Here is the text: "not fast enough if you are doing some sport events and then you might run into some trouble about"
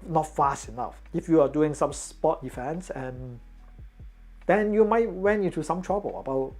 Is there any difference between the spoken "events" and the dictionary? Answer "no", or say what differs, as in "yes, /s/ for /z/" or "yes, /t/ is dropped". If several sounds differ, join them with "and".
yes, /f/ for /v/